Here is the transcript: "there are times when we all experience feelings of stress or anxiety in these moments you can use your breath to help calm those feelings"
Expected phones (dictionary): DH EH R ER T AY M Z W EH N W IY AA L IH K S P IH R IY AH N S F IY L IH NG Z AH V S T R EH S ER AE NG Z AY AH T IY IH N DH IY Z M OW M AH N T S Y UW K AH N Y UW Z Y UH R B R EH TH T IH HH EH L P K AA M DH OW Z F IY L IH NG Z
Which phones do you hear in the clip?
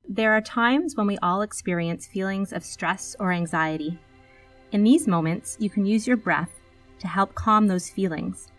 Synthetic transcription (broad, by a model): DH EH R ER T AY M Z W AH N W IY AA L IH K S P IH R IY AH N S F IY L IH NG Z AH V S T R EH S ER AE NG Z AY AH T IY IH N DH IY Z M OW M AH N T S Y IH K AH N Y UW Z Y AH R B R EH TH T IH HH EH L P K AA M DH OW Z F IY L IH NG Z